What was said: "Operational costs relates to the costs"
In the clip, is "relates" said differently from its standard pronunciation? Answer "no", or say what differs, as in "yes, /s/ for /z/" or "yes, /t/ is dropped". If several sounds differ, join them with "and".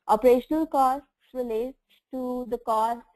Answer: yes, /s/ is dropped